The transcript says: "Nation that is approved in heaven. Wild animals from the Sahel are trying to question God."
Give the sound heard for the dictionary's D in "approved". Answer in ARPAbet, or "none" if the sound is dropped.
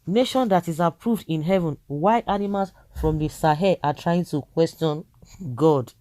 D